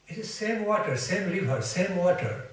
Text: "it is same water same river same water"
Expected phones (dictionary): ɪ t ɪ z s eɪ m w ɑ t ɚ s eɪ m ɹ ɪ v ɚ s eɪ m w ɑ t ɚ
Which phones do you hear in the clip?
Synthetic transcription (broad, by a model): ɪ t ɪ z s eɪ m w ɑ t ɚ s eɪ m l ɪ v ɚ s eɪ m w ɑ t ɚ